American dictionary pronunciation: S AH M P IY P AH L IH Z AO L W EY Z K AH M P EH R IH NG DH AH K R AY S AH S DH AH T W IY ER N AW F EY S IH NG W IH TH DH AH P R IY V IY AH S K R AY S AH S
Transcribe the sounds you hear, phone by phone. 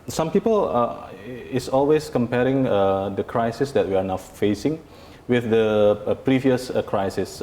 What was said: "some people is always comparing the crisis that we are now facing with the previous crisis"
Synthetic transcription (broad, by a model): S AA M P IY P AH L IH S AO L W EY S K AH M P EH R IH NG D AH K R AY S AH S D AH T W IY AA N AW F EY S IH NG W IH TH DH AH P R IY V IY AH S K R AY S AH S